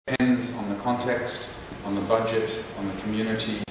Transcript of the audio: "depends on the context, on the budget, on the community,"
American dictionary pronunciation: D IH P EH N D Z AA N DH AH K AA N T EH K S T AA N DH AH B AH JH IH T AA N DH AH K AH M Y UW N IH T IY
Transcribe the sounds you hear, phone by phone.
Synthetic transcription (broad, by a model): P EH N D Z N DH AH K AA N T EH K S T N DH AH B AH JH IH T N DH AH K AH M Y UW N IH T IY